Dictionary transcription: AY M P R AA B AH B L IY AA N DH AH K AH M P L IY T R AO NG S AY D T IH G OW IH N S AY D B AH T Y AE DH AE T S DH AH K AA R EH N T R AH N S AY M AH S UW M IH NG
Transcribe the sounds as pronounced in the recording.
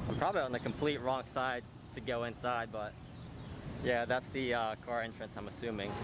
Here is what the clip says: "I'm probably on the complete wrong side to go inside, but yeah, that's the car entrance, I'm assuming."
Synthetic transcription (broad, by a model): AY M P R AA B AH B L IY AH N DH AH K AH M P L IY T R AO NG S AY D T IH G OW IH N S AY D B AH T Y AE DH AE T S DH AH K AA R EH N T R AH N S AY M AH S UW M IH NG